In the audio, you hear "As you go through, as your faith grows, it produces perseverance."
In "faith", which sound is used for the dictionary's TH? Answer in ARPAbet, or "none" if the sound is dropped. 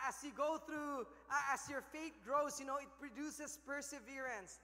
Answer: T